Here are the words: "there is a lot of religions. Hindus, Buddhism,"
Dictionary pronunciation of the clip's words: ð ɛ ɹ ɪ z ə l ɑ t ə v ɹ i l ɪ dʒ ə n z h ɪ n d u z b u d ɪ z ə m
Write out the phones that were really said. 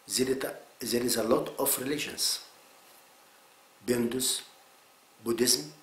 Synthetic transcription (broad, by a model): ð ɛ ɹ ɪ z ə l ɑ t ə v ɹ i l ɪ ʃ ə n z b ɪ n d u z b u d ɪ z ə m